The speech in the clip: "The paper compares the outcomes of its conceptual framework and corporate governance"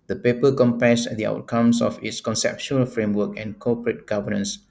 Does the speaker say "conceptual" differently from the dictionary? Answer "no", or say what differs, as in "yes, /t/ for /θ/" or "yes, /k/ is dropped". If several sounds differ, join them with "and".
yes, /ʃ/ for /tʃ/